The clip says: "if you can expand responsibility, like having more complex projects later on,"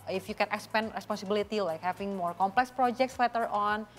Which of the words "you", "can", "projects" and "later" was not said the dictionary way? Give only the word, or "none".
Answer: later